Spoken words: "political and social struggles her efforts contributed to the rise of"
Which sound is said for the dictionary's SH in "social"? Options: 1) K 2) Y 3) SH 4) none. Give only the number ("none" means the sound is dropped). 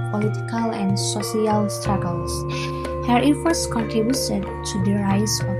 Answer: 4